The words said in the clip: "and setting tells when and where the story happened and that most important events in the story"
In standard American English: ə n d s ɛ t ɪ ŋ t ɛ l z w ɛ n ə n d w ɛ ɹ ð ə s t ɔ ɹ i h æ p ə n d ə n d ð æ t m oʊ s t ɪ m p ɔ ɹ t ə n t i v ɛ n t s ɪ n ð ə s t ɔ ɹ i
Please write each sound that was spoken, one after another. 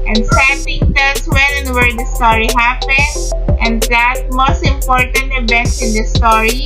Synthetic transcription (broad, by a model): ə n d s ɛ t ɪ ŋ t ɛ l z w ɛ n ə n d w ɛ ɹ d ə s t ɔ ɹ i h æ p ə n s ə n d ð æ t m oʊ s t ɪ m p ɔ ɹ t ə n t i b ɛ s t ɪ n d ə s t ɔ ɹ i